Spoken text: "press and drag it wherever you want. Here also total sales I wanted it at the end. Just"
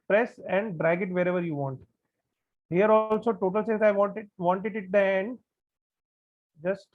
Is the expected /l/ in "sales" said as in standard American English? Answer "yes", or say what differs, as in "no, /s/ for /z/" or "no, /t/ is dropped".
no, /l/ is dropped